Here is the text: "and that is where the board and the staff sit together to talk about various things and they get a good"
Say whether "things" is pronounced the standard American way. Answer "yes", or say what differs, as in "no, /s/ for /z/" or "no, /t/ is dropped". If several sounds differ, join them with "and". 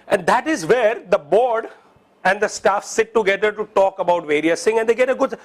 no, /z/ is dropped